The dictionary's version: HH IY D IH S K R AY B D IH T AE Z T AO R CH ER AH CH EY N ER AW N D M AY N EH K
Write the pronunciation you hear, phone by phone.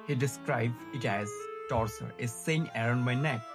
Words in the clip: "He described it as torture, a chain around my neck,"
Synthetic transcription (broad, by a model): HH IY D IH S K R AY B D IH T AE Z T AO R S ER AH S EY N ER AW N D M AY N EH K